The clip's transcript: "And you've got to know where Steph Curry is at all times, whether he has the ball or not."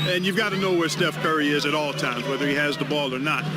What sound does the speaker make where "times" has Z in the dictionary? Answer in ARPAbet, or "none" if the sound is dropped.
Z